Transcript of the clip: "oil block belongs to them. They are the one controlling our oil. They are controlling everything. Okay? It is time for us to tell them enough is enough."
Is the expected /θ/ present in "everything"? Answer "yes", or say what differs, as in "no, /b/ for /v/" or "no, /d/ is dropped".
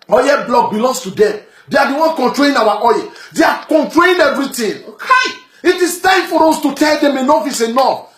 no, /t/ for /θ/